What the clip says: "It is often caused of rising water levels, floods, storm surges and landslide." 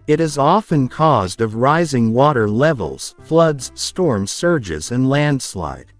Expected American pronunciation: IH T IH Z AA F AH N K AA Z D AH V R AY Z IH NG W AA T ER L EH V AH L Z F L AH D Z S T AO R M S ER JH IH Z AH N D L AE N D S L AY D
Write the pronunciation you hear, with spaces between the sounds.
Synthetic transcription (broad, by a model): IH T IH Z AA F AH N K AA Z D AH V R AY Z IH NG W AA T ER L EH V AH L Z F L AH D Z S T AO R M S ER JH IH Z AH N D L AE N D S L AY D